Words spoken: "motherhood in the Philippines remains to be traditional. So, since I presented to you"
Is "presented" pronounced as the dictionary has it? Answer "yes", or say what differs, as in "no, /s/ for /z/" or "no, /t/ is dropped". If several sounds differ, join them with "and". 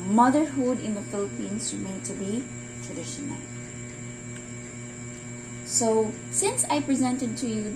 yes